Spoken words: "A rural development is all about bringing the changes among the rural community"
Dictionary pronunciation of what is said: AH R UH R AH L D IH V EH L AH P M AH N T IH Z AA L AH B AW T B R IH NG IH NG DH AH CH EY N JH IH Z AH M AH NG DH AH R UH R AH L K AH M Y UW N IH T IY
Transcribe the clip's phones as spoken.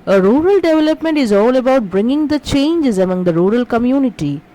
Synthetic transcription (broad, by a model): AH R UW R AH L D IH V EH L AH P M AH N T IH Z AA L AH B AW T B R IH NG IH NG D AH CH EY N JH IH Z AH M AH NG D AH R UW R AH L K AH M Y UW N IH T IY